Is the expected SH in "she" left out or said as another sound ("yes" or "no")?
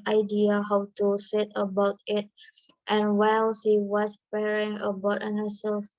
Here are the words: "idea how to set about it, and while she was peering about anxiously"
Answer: yes